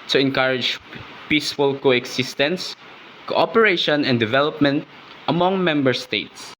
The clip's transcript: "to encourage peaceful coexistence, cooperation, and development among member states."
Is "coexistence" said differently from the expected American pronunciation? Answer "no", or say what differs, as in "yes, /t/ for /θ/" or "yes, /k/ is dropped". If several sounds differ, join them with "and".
yes, /s/ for /z/